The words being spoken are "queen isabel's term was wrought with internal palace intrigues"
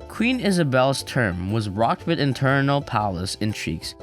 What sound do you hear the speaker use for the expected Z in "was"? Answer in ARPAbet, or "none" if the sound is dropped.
Z